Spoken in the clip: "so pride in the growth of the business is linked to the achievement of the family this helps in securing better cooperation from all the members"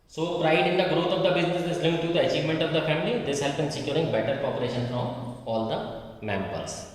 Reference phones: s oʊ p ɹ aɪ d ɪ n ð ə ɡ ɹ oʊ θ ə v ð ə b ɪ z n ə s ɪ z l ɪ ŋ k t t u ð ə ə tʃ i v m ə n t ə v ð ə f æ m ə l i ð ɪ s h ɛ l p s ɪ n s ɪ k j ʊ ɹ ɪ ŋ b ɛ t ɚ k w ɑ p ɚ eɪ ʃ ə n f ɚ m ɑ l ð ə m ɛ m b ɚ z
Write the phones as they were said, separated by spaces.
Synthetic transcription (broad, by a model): s oʊ p ɹ aɪ d ɪ n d ə ɡ ɹ oʊ t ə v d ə b ɪ z n ə s ɪ z l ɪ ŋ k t t u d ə ə tʃ i v m ə n t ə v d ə f æ m ə l i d ɪ s h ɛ l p ɪ n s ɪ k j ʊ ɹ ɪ ŋ b ɛ t ɚ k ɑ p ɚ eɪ ʃ ə n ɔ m ɑ l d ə m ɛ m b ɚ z